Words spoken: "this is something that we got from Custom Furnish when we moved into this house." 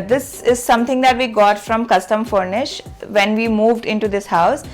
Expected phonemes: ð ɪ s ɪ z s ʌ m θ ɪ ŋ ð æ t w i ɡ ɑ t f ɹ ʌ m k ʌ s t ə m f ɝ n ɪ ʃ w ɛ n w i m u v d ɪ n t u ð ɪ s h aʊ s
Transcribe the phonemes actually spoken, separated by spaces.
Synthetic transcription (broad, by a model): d ɪ s ɪ z s ʌ m t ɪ ŋ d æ t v i ɡ ɑ t f ɹ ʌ m k ʌ s t ə m f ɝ n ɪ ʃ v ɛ n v i m u v d ɪ n t u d ɪ s h aʊ s